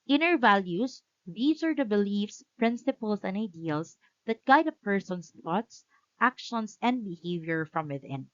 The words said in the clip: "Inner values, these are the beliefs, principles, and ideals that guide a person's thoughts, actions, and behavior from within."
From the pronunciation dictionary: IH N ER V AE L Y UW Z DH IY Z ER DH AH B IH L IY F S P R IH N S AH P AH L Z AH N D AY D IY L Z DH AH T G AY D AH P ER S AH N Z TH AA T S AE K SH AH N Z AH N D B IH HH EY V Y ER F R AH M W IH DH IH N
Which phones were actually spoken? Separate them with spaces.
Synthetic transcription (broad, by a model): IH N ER V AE L Y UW S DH IY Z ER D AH B IH L IY F S P R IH N S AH P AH L S AH N D AY D IY L S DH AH T G AY D AH P ER S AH N S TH AA T S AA K SH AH N S AH N D B IH HH EY V Y ER F R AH M W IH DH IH N